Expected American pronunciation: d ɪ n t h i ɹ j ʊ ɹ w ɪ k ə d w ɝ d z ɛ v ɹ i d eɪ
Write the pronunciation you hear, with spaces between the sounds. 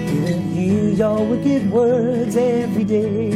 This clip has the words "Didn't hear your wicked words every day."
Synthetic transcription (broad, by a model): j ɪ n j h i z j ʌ l w ɪ k ə d w ɝ d z ɛ v ɹ i d eɪ